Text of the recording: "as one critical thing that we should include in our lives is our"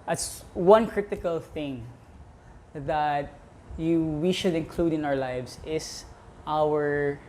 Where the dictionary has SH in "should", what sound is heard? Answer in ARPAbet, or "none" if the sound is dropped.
SH